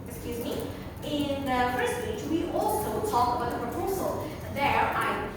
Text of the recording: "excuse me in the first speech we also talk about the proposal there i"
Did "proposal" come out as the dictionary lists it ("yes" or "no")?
yes